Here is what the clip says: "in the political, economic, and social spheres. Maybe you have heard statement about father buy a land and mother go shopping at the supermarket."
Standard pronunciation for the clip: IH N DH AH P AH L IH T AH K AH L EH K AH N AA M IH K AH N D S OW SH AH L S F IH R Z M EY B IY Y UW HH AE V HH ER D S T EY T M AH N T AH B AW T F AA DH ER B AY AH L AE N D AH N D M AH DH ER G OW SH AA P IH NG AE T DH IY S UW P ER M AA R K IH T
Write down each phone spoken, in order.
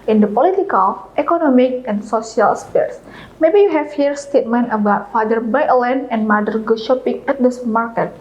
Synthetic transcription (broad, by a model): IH N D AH P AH L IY T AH K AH L EH K AH N AA M IH K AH N S OW S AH L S P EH R S M EY B IY Y UW HH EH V HH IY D S T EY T M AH N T AH B AW T F AA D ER B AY AH L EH N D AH N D M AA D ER G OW SH AA P IH NG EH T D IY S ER M AA R K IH T